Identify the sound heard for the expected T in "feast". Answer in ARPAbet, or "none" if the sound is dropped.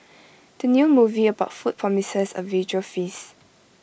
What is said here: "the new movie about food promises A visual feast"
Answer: none